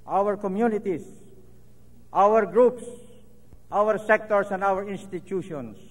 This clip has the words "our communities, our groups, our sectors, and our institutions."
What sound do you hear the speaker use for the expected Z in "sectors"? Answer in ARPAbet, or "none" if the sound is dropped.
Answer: S